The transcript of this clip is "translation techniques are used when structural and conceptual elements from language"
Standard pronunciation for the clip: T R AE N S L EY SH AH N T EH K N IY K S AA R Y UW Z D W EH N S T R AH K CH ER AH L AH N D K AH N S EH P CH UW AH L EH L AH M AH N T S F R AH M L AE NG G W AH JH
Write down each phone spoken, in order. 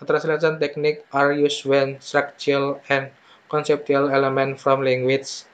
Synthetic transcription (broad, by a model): T R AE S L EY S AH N T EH K N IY K AA R Y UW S W EH N S T R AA K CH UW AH L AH N K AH N S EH P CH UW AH L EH L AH M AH N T F R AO M L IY NG G W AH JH